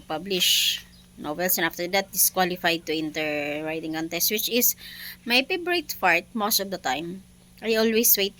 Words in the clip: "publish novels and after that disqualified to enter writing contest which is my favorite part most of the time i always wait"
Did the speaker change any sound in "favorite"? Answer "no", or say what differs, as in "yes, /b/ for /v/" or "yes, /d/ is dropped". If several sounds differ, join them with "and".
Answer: yes, /p/ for /f/ and /b/ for /v/